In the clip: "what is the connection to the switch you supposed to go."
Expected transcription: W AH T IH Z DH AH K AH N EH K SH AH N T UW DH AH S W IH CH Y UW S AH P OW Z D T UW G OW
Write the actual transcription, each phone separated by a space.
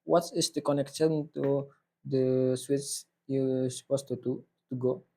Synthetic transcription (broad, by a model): W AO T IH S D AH K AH N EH K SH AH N T UW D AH S W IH S Y UW S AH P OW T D T UW G OW